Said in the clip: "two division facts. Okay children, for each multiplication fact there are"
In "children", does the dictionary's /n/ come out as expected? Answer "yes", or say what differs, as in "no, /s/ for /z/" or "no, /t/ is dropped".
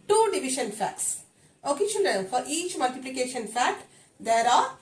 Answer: no, /l/ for /n/